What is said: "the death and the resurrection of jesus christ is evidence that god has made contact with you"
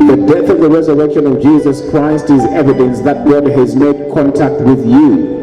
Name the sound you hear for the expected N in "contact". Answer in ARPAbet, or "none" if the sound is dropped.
N